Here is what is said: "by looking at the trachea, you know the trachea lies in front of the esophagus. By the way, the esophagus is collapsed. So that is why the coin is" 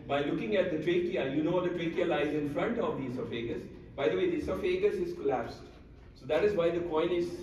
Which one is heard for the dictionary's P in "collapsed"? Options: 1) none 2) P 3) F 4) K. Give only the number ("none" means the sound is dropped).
2